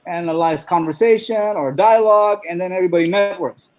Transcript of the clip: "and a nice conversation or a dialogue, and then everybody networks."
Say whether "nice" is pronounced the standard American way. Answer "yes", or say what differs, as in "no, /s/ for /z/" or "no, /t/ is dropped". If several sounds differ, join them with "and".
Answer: no, /l/ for /n/